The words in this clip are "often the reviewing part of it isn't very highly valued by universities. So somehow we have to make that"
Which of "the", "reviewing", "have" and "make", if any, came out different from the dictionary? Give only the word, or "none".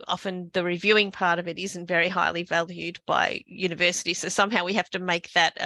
have